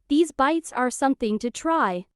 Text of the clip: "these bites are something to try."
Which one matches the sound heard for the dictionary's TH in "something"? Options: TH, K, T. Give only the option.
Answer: TH